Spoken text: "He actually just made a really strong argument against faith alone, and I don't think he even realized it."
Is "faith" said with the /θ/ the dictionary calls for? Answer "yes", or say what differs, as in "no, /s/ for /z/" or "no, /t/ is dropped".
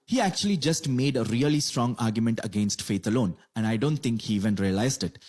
no, /t/ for /θ/